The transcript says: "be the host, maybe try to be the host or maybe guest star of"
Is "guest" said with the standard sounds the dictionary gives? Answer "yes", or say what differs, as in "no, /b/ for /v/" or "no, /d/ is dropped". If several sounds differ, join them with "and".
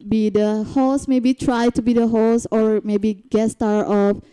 no, /s/ is dropped